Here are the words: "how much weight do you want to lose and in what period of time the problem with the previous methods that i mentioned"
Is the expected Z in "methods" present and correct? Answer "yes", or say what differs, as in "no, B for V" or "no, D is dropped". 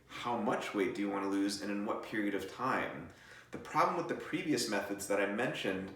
yes